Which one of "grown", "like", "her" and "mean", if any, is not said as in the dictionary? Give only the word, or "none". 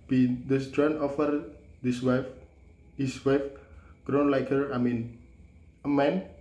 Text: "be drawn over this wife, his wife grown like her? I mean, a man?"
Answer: none